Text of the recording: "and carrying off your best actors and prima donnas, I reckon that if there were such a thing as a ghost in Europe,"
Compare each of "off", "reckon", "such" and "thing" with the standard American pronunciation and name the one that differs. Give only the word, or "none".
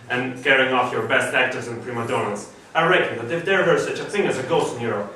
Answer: none